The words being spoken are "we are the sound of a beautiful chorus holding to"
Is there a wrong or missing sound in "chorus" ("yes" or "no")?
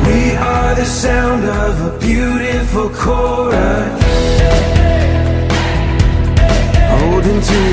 yes